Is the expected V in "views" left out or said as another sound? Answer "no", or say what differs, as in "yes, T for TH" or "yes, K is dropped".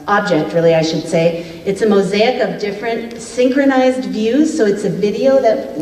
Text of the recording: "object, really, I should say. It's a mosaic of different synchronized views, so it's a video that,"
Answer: no